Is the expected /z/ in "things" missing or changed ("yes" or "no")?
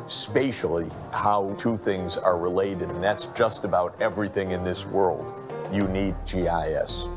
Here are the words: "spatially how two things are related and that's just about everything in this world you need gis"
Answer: no